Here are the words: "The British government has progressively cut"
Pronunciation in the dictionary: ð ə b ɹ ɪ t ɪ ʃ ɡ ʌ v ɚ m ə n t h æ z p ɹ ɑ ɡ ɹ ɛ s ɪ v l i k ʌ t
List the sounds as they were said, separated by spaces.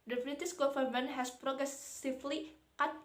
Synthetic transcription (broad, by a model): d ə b ɹ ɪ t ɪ s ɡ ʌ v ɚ m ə n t h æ s p ɹ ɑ ɡ ɹ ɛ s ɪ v l i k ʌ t